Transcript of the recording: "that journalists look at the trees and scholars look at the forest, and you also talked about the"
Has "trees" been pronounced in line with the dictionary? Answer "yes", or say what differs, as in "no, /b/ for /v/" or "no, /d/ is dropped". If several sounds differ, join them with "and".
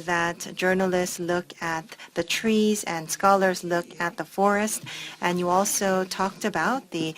yes